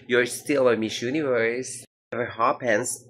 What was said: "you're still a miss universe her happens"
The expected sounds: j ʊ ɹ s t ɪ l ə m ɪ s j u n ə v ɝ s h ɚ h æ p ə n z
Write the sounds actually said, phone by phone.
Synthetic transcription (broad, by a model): j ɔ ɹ s t ɪ l ə m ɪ ʃ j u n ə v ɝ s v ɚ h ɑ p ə n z